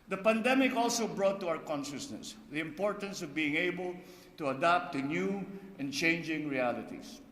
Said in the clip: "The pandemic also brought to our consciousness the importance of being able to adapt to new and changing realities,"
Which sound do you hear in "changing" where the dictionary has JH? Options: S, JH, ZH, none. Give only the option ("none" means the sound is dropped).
JH